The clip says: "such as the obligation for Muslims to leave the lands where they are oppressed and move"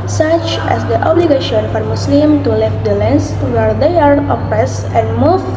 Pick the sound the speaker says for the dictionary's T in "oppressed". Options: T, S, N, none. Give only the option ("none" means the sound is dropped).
none